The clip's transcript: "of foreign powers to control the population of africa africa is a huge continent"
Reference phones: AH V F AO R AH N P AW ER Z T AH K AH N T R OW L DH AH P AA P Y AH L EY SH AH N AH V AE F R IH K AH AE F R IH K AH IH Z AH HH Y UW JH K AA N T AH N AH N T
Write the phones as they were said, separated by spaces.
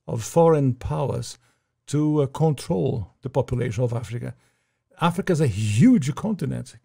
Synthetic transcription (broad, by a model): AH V F AO R AH N P AW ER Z T AH K AH N T R OW L DH AH P AA P Y AH L EY SH AH N AH V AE F R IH K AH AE F R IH K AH IH Z AH HH Y UW JH K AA N T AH N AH N T